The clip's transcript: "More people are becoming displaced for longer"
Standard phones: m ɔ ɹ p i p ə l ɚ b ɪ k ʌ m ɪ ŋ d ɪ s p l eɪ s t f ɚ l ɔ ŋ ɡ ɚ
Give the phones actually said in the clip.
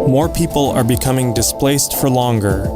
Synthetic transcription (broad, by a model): m ɔ ɹ p i p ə l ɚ b ɪ k ʌ m ɪ ŋ d ɪ s p l eɪ s t f ɚ l ɔ ŋ ɡ ɚ